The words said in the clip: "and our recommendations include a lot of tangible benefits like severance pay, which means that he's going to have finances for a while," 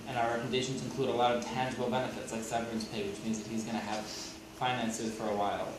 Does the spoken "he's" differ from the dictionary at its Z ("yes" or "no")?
no